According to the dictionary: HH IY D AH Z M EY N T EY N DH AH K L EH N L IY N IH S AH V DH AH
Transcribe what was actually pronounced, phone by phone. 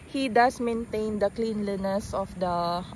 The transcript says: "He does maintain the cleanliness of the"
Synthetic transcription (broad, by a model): HH IY D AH S M EY N T EY N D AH K L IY N L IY N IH S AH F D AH